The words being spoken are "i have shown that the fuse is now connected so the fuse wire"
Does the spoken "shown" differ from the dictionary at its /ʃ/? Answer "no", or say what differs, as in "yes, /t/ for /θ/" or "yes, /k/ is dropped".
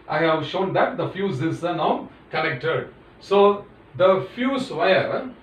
no